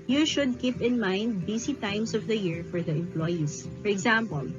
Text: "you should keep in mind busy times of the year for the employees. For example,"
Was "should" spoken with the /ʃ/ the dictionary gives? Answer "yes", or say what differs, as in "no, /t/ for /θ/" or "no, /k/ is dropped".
yes